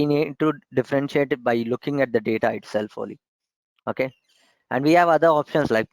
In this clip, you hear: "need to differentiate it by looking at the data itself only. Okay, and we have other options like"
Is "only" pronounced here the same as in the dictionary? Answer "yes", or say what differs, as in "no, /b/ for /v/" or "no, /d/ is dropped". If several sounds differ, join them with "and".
no, /n/ is dropped